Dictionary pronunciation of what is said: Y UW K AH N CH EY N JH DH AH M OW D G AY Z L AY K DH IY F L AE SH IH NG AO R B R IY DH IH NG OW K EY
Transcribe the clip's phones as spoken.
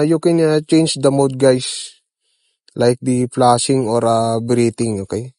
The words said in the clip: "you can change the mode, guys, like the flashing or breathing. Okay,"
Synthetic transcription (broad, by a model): Y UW K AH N CH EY N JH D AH M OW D G AY S L AY K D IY P L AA S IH NG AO R B R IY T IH NG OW K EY